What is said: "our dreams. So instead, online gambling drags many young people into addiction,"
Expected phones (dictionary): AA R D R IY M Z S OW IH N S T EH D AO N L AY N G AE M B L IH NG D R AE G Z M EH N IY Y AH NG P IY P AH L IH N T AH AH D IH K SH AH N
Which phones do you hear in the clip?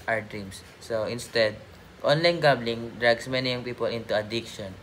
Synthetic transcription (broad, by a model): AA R D R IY M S S OW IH N S T EH D AO N L AY N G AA B L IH NG D R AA G S M EH N IY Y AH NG P IY P AH L IH N T AH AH D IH K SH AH N